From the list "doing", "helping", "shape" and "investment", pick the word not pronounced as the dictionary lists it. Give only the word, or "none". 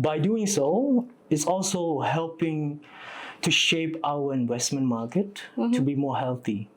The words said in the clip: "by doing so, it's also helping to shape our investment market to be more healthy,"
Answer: investment